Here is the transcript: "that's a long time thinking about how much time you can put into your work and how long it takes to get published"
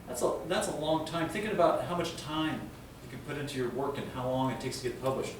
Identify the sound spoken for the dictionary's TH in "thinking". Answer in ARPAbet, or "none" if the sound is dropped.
TH